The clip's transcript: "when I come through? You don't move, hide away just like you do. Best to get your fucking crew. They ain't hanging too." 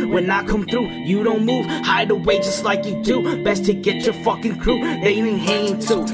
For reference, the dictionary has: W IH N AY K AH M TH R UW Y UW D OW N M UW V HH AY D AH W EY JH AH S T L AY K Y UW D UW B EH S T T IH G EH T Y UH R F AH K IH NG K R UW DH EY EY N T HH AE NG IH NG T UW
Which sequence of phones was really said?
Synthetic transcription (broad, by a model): W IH N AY K AH M TH R UW Y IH D OW N M UW V HH AY D AH W EY JH AH S T L AY K Y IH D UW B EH S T T IH G EH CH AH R F AH K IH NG K R UW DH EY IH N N HH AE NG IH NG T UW